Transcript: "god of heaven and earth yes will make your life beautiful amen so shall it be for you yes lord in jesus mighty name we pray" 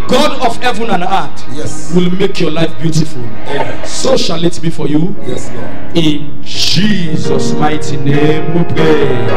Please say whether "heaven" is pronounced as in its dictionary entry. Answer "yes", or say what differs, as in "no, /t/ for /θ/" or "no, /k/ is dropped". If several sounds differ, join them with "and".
yes